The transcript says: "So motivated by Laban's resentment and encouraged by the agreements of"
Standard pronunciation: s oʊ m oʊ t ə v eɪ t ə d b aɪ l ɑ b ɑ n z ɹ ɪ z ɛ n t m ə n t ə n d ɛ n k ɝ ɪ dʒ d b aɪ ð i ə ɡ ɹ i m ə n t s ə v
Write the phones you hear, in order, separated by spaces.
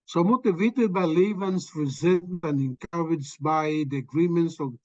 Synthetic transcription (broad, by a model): s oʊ m oʊ t ə v eɪ t ə d b aɪ l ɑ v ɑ n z ɹ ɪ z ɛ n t ə n ə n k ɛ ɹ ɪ dʒ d b aɪ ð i ə ɡ ɹ i m ə n t s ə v